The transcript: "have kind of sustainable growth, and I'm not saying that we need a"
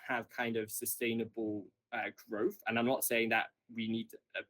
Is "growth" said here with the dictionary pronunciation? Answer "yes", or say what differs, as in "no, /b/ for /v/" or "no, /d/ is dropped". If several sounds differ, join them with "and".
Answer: yes